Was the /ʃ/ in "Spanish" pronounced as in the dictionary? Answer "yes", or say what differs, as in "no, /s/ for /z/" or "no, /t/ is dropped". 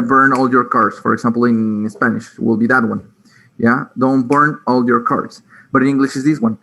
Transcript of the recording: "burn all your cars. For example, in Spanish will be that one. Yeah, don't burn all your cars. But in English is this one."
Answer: yes